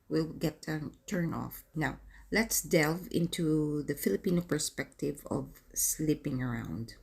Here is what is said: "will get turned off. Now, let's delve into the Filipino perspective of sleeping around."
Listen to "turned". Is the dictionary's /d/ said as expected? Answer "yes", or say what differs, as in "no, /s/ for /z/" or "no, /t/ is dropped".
no, /d/ is dropped